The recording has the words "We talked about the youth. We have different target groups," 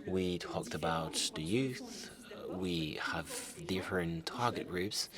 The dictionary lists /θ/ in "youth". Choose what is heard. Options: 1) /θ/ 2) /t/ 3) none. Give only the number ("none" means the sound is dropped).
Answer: 1